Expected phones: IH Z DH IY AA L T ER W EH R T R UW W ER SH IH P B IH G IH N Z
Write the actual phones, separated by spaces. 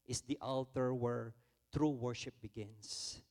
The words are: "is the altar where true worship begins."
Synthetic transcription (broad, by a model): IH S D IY AA L T ER W EH R T R UW W ER SH IH P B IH G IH N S